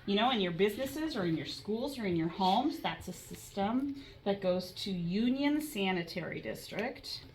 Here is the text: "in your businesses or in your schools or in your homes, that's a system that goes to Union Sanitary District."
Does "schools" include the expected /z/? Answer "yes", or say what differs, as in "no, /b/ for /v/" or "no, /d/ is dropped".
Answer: yes